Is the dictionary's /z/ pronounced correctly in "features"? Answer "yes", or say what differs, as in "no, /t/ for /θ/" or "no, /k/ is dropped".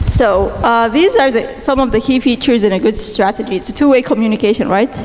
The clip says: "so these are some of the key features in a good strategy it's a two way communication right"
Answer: yes